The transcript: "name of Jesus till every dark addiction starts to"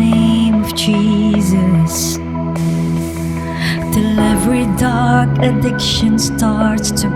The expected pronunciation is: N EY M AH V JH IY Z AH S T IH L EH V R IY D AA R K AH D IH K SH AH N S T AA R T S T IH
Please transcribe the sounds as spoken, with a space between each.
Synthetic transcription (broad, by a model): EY M AH V JH IY Z AH S T IH L EH V R IY D AA R K AH D IH K SH AH N S T AA R T S T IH